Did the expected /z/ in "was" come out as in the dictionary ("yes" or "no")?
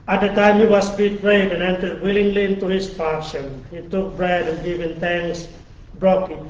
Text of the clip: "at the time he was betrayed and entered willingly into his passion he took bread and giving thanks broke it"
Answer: no